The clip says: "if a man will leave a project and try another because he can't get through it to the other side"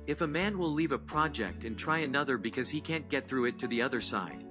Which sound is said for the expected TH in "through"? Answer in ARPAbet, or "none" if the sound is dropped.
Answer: TH